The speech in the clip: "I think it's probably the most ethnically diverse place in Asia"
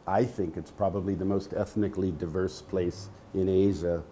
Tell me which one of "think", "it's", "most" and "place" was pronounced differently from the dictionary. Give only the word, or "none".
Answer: none